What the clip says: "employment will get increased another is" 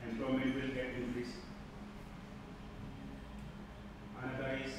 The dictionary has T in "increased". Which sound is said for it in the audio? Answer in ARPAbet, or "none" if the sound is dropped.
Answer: none